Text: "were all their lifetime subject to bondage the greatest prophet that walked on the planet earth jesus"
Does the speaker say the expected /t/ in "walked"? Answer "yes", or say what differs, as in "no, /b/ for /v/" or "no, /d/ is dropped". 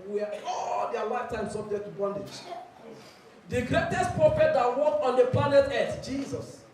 no, /t/ is dropped